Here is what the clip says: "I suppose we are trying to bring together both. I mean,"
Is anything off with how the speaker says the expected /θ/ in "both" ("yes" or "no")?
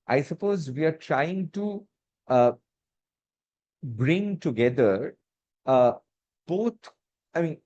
yes